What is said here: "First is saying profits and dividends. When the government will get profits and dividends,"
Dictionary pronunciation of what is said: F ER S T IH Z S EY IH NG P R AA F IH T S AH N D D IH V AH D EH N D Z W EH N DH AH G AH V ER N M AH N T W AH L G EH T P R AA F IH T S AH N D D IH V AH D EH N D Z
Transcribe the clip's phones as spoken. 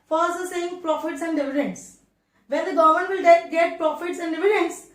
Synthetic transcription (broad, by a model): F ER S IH S EY IH NG P R AA F IH T S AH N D D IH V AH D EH N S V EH N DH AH G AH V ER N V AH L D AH N G EH T P R AA F IH T S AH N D D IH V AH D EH N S